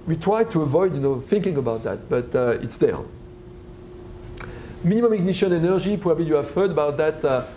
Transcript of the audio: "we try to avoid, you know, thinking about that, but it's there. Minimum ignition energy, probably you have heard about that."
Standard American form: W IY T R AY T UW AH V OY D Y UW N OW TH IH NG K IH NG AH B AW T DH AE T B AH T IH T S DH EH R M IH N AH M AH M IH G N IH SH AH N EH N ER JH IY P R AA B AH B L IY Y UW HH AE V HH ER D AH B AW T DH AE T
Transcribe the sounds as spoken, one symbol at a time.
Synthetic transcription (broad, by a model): W IY T R AY T UW AH V OY D Y UW N OW TH IH NG K IH NG AH B AW T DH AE T B AH T IH T S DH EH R M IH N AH M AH M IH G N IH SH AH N EH N ER JH IY P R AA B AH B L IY Y UW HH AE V HH ER D AH B AW T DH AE T